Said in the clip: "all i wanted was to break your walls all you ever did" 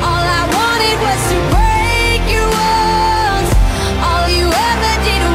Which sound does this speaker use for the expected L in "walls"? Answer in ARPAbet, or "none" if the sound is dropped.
N